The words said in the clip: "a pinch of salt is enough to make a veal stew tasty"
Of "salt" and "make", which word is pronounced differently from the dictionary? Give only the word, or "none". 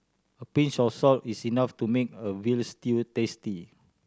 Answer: none